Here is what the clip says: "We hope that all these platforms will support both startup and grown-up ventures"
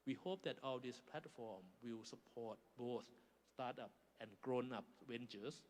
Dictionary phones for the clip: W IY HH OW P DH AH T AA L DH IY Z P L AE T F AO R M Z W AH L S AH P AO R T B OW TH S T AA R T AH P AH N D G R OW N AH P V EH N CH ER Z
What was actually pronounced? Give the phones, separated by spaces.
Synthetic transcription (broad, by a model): W IY HH OW P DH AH T AA L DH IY S P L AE T F AO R M W AH L S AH P AO T B OW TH S T AA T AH P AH N G R OW N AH P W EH N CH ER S